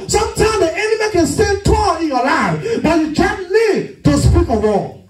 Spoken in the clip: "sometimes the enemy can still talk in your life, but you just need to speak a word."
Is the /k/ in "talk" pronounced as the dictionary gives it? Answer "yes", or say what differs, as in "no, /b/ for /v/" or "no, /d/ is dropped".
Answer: no, /k/ is dropped